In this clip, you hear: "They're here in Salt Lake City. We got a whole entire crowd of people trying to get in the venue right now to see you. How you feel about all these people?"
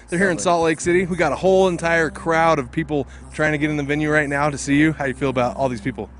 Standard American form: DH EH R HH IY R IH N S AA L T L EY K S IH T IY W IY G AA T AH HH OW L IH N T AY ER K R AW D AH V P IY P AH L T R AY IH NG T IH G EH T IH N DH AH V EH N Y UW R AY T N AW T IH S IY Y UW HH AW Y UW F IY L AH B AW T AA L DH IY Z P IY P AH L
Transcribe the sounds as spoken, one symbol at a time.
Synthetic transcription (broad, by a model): DH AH R HH IY R IH N S AA T L EY K S IH T IY W IY G AA T AH HH OW L IH N T AY ER K R AW D AH V P IY P L T R AY IH NG T IH G EH T IH N DH AH V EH N Y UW R AY T N AW T IH S IY Y UW HH AW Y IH F IY L AH B AW T AA L DH IY Z P IY P L